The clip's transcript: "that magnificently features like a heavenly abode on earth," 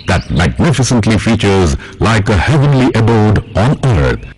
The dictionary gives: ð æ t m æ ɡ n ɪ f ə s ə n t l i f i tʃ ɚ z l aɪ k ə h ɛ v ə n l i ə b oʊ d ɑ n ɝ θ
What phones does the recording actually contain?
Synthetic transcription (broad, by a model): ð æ t m æ ɡ n ɪ f ə s ə n t l i f i tʃ ɚ z l aɪ k ə h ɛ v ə n l i ə b oʊ d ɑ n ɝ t